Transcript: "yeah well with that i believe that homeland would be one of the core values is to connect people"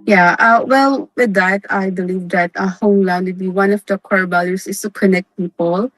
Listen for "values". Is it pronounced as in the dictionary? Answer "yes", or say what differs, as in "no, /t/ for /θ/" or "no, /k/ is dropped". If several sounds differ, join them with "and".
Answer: no, /b/ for /v/ and /s/ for /z/